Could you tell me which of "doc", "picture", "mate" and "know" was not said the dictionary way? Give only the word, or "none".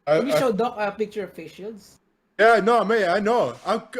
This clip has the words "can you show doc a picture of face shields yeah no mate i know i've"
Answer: mate